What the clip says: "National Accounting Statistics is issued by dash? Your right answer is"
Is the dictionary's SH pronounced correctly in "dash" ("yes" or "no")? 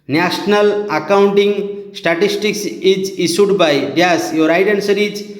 no